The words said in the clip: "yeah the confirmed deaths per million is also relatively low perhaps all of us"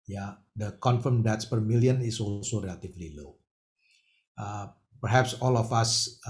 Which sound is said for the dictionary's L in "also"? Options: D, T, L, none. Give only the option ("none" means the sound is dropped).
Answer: L